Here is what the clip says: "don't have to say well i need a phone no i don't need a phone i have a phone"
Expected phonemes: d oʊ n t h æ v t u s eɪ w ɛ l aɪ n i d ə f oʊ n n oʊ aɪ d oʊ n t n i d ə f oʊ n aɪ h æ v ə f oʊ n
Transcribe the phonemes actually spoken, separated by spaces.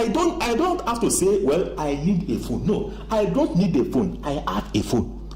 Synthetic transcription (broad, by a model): d oʊ n t h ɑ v t u s eɪ w ɛ l aɪ n i d ə f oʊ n n oʊ aɪ d oʊ n t n i d ə f oʊ n aɪ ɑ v ə f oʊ n